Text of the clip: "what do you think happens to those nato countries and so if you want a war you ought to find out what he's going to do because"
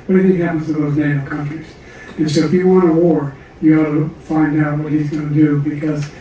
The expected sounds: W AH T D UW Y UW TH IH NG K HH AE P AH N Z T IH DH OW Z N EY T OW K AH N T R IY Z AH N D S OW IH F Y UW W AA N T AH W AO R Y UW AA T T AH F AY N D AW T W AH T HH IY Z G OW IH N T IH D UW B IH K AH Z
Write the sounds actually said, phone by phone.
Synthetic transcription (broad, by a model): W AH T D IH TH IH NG HH AE P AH N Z T IH DH OW Z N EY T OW K AH N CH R IY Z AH N S OW IH F Y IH W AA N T AH W AO R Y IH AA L T AH F AY N D AW T W AH T HH IY Z G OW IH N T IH D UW B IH K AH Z